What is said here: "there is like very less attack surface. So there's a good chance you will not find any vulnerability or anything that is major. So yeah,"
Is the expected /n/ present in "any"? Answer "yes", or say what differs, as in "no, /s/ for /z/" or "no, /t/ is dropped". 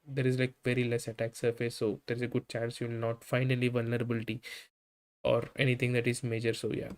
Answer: no, /l/ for /n/